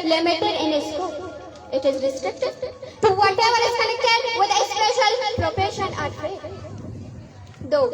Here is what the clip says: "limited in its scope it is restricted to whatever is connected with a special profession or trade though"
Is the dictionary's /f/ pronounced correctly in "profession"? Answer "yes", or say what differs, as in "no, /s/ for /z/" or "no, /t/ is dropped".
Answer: no, /p/ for /f/